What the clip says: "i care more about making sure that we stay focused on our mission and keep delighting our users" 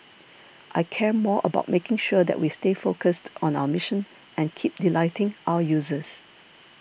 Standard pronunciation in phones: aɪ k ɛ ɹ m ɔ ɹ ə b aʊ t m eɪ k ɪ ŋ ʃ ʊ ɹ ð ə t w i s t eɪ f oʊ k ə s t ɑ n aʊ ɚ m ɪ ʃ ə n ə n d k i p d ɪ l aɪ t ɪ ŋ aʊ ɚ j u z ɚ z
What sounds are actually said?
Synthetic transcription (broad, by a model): aɪ k ɛ ɹ m ɔ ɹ ə b aʊ t m eɪ k ɪ ŋ ʃ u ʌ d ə t w i s t eɪ f oʊ k ə s t ɑ n aʊ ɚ m ɪ ʃ ə n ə n k i p d ɪ l aɪ t ɪ ŋ aʊ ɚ j u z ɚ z